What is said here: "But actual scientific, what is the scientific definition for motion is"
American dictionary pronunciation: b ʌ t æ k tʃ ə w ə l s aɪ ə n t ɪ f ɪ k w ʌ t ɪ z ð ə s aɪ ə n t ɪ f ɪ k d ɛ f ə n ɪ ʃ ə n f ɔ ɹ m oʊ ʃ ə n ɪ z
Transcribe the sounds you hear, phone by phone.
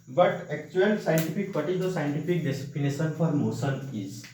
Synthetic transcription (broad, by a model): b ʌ t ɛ k tʃ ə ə l s aɪ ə n t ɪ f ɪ k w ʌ t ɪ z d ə s aɪ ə n t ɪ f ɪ k d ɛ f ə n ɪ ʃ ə n f ɔ ɹ m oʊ s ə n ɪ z